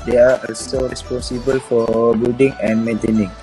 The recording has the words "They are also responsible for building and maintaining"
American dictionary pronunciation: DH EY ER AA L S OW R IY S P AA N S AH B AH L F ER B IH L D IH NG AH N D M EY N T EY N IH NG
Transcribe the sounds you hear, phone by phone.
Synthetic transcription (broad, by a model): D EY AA AA L S OW R IY S P AA N S AH B AH L F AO B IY L D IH NG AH N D M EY N T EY N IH NG